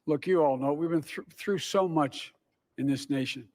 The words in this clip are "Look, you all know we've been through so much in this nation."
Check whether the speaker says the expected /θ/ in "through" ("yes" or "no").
yes